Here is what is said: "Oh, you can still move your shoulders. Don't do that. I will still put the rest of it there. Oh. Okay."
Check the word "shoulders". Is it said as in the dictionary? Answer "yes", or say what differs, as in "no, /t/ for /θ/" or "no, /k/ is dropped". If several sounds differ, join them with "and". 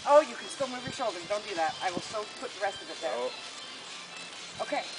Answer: no, /z/ is dropped